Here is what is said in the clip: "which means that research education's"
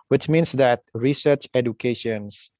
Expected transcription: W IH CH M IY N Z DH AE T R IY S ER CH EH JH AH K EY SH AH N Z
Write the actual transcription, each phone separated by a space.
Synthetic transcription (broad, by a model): W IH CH M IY N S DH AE T R IY S ER CH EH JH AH K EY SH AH N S